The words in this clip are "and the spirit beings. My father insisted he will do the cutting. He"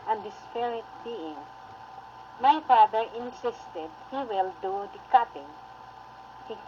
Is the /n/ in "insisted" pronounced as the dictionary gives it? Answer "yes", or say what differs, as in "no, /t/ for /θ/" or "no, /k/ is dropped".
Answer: yes